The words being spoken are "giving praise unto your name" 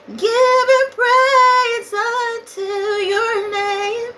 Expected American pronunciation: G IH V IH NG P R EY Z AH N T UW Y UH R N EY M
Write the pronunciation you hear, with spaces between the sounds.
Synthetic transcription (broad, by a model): G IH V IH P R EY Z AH T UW Y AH R N EY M